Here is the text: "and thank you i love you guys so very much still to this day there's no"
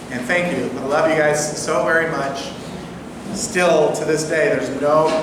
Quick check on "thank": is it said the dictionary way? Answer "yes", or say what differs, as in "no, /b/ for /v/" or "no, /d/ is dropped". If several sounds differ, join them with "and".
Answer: yes